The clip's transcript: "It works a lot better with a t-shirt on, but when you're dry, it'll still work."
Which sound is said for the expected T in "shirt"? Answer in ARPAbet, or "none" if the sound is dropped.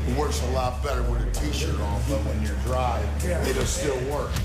none